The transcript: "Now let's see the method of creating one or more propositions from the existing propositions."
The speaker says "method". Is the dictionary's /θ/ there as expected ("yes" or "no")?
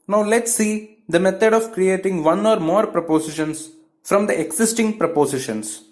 no